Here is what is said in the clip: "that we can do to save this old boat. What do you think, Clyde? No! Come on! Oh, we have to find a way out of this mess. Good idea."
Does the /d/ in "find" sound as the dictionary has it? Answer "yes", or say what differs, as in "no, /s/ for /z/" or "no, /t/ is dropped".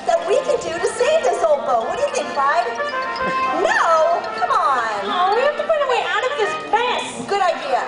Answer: no, /d/ is dropped